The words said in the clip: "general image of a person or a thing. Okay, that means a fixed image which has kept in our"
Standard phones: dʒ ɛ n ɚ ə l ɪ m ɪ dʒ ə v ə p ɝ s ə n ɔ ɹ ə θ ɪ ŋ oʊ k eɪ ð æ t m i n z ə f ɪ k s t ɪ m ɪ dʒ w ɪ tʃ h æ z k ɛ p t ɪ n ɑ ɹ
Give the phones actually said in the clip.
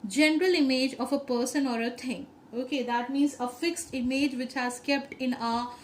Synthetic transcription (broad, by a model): dʒ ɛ n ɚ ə l ɪ m ɪ dʒ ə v ə p ɝ s ə n ɔ ɹ ə t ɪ ŋ oʊ k eɪ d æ t m i n z ə f ɪ k s t ɪ m ɪ dʒ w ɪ tʃ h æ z k ɛ p t ɪ n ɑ